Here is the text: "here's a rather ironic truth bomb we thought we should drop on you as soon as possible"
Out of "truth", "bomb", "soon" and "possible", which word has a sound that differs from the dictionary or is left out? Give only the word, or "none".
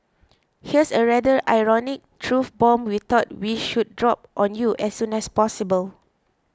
truth